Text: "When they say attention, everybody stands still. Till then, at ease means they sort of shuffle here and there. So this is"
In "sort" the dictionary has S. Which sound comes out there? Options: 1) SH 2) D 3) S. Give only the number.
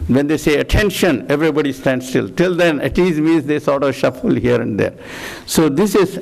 3